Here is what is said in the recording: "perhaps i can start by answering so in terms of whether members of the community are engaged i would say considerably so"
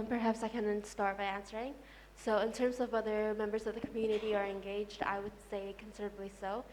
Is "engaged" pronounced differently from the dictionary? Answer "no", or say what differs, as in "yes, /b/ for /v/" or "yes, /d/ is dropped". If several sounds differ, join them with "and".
no